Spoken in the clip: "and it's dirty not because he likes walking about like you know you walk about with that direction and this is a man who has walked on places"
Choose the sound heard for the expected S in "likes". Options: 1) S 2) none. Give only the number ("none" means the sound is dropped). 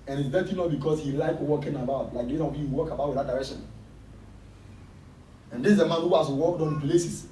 2